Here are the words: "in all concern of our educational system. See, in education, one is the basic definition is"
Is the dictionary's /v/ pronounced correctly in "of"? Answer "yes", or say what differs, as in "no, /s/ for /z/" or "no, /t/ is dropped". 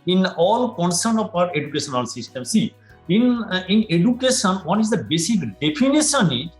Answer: no, /p/ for /v/